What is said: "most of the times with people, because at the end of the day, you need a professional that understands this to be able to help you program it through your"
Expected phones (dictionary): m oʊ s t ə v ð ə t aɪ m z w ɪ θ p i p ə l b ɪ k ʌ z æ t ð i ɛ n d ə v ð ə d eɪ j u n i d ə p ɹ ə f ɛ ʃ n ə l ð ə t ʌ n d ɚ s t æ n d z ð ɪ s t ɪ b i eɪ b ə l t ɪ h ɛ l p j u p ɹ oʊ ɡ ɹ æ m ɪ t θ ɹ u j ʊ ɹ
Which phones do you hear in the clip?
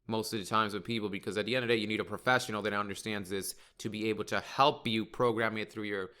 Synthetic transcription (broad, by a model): m oʊ s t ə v ð ə t aɪ m z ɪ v p i p l b ɪ k ʌ z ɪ t ð i ɛ n d ə v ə d eɪ j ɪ n i d ə p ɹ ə f ɛ ʃ n l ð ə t ʌ n d ɚ s t æ n d z ð ɪ s t ɪ b i eɪ b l t ɪ h ɛ l p j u p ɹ oʊ ɡ ɹ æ m ɪ t θ ɹ u j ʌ ɹ